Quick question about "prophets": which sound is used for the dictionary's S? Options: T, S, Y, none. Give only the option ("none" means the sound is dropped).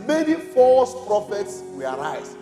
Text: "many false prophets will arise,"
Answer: S